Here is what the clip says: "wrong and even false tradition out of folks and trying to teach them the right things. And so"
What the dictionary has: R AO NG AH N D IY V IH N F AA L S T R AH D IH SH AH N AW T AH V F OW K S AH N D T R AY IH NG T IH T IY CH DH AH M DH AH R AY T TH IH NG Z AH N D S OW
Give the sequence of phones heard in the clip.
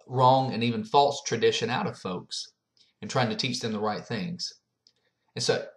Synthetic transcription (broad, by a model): R AO NG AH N IY V IH N F AA L S T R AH D IH SH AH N AW T AH V F OW K S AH N T R AY IH NG T IH T IY CH DH AH M DH AH R AY T TH IH NG Z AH N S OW